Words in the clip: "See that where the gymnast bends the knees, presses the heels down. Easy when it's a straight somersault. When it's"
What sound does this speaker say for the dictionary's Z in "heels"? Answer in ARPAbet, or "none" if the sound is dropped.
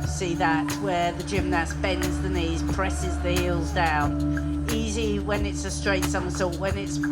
Z